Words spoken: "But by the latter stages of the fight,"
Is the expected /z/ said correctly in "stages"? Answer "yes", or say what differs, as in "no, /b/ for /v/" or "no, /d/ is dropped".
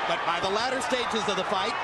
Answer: yes